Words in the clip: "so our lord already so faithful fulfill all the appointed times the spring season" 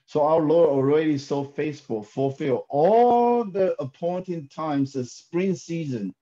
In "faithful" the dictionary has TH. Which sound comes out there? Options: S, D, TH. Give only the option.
S